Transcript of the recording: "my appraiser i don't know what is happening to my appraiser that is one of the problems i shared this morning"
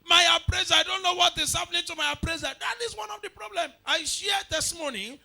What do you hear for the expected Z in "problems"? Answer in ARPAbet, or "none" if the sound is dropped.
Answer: none